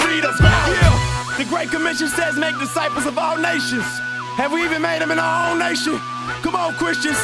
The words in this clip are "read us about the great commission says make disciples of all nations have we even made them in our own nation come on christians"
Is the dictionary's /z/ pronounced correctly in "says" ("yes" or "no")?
yes